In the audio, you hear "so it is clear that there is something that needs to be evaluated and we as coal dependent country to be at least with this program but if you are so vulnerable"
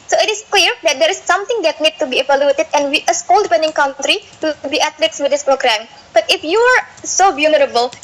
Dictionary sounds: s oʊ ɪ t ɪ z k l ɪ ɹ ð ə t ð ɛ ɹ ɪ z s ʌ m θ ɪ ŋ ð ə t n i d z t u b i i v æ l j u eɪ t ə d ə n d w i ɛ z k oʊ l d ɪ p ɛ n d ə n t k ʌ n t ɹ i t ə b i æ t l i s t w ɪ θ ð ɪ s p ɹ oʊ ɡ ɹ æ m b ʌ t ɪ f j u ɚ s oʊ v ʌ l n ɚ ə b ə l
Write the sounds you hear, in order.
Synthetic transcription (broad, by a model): s oʊ ɪ t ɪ s k l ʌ ɹ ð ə t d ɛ ɹ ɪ s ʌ m t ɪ ŋ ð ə t n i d t u b i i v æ l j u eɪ t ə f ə n w i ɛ s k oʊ l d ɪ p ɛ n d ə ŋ k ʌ n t ɹ i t b i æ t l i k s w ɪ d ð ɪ s p ɹ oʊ ɡ ɹ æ m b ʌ t ɪ f j u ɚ s oʊ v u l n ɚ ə b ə l